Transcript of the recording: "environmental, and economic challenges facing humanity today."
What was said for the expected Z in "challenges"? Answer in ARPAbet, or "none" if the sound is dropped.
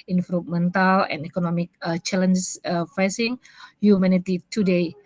none